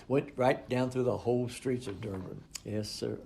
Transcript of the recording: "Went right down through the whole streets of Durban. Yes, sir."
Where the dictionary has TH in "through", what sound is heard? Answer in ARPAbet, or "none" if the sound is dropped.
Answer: TH